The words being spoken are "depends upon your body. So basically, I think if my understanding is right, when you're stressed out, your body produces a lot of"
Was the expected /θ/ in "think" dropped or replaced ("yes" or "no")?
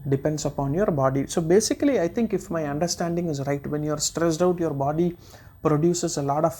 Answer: yes